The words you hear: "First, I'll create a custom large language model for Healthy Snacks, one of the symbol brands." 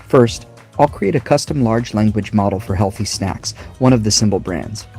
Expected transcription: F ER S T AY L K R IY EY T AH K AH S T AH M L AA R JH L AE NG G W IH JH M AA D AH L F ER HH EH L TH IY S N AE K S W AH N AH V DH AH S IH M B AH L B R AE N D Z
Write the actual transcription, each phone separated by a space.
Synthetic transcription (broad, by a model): F ER S T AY L K R IY EY T AH K AH S T AH M L AA R JH L AE NG G W IH JH M AA D L F ER HH EH L TH IY S N AE K S W AH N AH V DH AH S IH M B L B R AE N D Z